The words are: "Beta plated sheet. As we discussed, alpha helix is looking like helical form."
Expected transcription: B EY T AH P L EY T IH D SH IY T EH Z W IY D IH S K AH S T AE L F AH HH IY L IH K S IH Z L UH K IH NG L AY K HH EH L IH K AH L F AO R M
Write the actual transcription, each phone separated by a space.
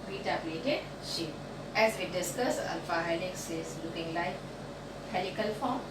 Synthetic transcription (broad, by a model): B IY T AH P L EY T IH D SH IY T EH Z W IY D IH S K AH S AO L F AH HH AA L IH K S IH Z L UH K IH NG L AY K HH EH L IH K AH L F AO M